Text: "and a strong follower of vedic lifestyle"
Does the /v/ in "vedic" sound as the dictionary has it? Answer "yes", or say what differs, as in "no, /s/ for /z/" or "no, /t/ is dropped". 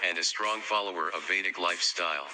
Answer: yes